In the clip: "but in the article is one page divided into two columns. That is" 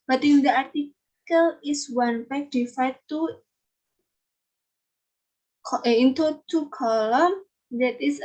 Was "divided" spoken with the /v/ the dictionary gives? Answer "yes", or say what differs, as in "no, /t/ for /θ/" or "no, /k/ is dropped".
no, /f/ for /v/